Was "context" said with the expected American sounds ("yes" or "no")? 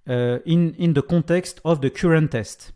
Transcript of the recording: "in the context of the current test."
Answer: no